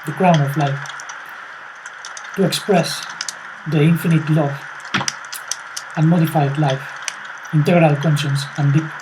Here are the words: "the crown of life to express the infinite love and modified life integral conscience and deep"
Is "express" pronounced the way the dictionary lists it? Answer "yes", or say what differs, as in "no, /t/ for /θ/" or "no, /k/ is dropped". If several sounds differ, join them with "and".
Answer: yes